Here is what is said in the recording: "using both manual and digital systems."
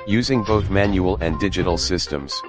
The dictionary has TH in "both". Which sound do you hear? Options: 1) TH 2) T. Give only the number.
1